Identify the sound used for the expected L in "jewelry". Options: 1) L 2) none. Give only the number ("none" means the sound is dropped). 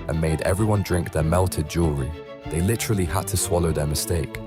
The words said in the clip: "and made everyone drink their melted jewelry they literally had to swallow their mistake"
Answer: 2